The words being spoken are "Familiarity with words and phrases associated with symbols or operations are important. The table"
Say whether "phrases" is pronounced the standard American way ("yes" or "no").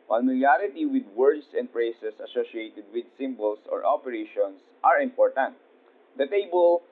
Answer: no